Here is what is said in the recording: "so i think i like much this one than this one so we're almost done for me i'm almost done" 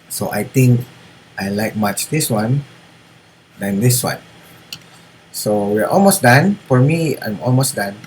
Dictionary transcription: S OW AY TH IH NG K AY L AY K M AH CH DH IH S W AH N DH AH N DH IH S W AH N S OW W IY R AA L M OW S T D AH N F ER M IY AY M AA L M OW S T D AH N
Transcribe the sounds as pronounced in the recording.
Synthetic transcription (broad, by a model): S OW AY T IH NG K AY L AY K M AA CH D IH S W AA N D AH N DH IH S W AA N S OW W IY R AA L M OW S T D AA N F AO M IY AY M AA L M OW S D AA N